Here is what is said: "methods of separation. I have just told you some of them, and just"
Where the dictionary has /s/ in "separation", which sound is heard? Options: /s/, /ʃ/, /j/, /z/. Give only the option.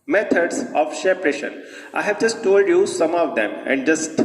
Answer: /ʃ/